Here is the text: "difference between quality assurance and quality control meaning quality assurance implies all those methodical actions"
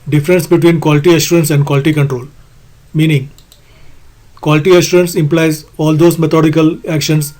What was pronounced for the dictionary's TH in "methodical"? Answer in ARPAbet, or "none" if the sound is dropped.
T